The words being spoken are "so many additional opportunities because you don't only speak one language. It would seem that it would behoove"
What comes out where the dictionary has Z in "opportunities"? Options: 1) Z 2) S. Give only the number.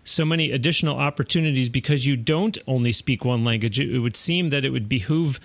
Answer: 1